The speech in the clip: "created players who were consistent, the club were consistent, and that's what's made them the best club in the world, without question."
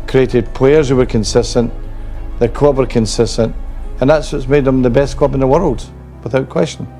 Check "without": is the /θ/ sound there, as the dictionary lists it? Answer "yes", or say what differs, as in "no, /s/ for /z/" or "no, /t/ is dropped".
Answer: yes